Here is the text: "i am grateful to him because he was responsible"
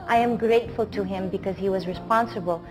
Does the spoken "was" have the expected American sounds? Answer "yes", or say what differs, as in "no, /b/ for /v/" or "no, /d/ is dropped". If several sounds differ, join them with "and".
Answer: yes